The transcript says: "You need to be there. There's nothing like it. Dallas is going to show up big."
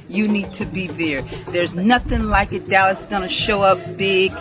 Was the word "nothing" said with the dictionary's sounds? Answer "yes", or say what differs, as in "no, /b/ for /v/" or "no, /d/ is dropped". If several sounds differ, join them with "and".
yes